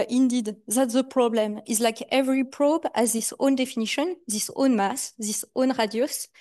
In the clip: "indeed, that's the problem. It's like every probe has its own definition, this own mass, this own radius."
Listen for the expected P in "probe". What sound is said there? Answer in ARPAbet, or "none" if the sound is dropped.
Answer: P